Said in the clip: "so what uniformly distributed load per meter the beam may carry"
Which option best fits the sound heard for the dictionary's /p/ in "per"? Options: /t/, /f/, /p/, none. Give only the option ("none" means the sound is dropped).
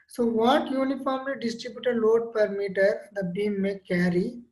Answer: /p/